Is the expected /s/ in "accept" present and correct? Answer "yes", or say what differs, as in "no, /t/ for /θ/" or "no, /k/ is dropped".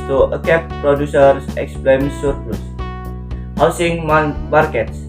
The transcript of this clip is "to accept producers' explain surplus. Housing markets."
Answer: no, /s/ is dropped